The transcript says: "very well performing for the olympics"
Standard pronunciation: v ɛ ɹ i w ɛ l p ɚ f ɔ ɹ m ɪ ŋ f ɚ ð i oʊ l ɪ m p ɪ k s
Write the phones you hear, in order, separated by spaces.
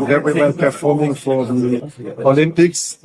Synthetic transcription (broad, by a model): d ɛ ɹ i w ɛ n p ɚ f ɔ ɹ m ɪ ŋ f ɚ ð i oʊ l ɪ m p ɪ k s